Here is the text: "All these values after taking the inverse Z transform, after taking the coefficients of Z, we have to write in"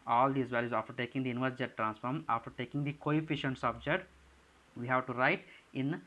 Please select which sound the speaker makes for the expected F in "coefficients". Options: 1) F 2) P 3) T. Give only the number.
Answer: 1